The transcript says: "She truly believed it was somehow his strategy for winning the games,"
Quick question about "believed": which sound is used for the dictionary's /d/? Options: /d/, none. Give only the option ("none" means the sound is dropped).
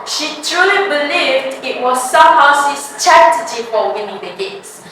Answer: /d/